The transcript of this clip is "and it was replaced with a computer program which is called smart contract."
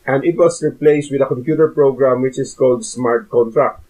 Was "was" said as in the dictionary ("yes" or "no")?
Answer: no